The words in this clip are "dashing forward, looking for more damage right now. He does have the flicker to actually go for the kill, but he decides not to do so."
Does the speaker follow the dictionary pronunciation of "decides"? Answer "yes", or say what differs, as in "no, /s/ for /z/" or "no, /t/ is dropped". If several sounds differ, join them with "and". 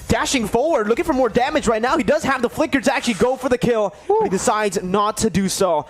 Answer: yes